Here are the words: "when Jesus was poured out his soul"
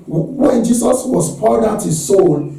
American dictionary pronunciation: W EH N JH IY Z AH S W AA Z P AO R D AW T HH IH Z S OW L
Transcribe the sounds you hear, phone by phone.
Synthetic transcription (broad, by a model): W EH N JH IY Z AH S W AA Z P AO L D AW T HH IH Z S OW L